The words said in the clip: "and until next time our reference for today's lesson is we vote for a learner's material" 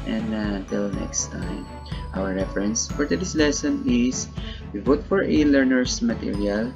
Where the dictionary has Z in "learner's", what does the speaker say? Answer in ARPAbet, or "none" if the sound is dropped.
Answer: S